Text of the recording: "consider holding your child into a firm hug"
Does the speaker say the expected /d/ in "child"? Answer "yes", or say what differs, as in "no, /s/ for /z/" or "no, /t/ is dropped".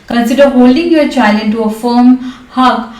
no, /d/ is dropped